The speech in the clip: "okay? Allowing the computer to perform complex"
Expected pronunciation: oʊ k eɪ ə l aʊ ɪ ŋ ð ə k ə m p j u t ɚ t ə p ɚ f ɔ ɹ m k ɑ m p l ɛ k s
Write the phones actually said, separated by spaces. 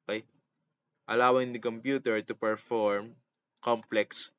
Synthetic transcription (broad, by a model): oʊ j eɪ ə l aʊ ɪ ŋ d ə k ə m p j u t ɚ t ə p ɚ f ɔ ɹ m k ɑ m p l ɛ k s